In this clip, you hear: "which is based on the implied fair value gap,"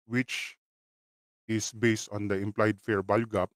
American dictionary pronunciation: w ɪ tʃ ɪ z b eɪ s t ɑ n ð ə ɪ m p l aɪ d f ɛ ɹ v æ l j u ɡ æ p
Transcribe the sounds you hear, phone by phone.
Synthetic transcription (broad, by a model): w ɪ tʃ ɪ s b eɪ s t ɑ n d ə ɪ m p l aɪ d f ɛ ɹ b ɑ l ɡ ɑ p